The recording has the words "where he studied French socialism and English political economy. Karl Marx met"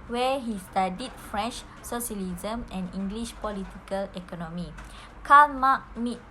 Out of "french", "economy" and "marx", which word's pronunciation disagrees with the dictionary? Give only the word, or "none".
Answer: marx